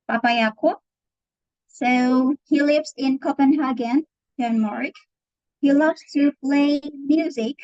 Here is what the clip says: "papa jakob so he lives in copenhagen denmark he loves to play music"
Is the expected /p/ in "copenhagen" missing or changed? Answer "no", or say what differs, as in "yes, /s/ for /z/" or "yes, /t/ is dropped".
no